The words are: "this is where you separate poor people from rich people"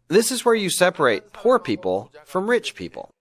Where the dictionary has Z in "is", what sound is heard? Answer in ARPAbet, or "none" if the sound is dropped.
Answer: Z